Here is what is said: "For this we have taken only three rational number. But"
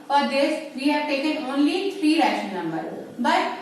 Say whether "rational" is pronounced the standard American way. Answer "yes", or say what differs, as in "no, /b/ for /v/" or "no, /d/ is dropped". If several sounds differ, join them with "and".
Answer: no, /n/ is dropped and /n/ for /l/